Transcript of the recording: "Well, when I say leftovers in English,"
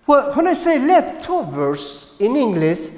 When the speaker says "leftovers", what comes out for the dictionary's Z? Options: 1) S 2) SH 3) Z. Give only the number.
1